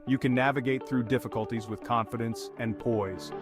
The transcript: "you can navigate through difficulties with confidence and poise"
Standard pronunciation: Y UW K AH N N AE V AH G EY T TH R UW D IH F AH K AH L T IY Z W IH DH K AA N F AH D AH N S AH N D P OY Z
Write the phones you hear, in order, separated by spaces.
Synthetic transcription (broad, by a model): Y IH K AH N N AE V AH G EY T TH R UW D IH F AH K AH L T IY Z W IH DH K AA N F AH D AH N S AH N P OY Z